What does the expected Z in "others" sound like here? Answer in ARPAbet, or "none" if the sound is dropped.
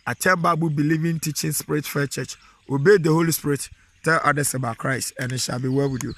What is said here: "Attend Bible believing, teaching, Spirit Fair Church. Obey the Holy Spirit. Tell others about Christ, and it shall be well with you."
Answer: S